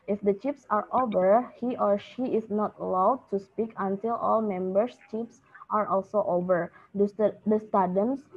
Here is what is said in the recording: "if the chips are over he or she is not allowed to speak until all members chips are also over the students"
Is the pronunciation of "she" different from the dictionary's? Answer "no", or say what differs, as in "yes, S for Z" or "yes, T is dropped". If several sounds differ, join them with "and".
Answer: no